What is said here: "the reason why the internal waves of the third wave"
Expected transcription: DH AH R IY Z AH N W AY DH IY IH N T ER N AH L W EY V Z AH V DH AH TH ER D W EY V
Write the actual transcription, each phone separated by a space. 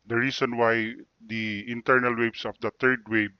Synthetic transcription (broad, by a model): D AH R IY S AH N W AY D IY IH N T ER N AH L W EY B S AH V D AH T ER D W EY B